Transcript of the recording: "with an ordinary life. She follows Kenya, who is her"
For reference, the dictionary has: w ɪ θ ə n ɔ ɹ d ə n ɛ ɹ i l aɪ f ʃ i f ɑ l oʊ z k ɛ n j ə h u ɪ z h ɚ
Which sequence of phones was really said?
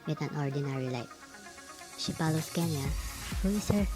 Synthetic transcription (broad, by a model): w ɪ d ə n ɔ ɹ d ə n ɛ ɹ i l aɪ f ʃ i p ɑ l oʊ s k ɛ n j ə h u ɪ s h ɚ